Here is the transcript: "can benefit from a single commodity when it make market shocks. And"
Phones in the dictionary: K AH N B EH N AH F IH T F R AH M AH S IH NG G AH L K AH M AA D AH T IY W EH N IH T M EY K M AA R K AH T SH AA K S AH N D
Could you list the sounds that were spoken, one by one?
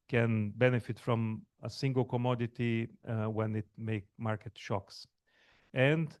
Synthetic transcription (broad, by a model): K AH N B EH N AH F IH T F R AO M AH S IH NG G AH L K AH M AA D AH T IY W EH N IH T M EY K M AA R K AH T SH AA K S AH N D